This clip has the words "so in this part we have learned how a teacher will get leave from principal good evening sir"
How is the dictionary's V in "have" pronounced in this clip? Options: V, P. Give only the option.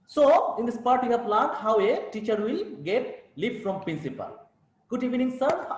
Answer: P